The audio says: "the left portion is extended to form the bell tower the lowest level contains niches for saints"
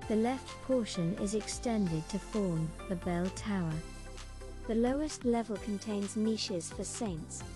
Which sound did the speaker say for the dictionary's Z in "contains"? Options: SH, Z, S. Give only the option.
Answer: Z